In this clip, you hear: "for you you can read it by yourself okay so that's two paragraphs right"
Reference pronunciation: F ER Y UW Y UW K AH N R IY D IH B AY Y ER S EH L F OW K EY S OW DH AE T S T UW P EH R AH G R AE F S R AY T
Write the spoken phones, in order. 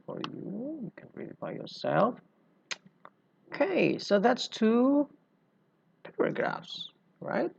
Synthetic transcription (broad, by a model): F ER Y UW Y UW K AH N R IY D IH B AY Y ER S EH L F OW K EY S OW DH AE T S T UW P EH R AH G R AE F S R AY T